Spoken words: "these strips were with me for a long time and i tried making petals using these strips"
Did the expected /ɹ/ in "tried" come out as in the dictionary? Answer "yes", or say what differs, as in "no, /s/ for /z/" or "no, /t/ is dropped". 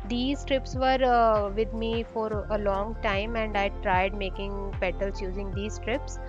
yes